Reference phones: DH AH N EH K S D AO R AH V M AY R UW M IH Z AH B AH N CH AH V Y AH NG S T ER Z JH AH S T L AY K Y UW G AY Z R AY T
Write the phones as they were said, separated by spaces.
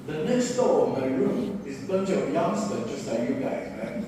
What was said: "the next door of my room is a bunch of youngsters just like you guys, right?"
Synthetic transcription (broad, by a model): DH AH N EH K S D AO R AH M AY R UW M IH Z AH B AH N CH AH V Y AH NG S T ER JH AH S T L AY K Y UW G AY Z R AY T